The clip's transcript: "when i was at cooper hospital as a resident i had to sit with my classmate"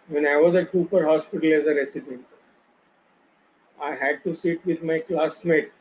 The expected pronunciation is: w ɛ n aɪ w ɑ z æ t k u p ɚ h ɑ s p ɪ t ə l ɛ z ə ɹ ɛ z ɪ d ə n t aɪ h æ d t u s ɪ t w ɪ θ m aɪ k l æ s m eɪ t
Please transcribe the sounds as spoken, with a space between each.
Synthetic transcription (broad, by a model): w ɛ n aɪ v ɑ z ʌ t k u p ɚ h ɑ s p ɪ t ə l ɛ z ə ɹ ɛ s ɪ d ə n t aɪ h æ d t u s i t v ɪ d m aɪ k l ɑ s m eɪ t